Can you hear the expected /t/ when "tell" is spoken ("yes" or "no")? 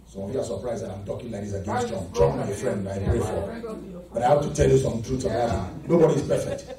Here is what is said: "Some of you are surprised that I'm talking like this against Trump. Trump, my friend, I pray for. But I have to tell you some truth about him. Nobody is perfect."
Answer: yes